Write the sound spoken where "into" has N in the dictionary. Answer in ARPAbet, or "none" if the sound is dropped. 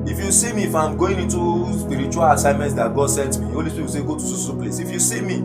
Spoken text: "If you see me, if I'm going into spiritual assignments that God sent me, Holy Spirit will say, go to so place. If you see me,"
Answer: N